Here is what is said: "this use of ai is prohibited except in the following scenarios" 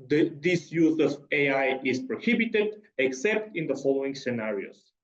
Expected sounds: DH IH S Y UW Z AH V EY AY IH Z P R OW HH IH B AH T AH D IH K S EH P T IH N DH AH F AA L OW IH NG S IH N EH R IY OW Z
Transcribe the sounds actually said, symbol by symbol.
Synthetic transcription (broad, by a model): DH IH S Y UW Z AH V EY AY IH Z P R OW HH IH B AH T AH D IH K S EH P T IH N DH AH F AA L OW IH NG S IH N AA R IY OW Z